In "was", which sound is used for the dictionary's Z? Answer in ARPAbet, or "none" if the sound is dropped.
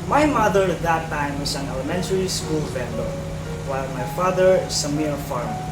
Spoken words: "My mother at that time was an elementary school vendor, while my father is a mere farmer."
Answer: S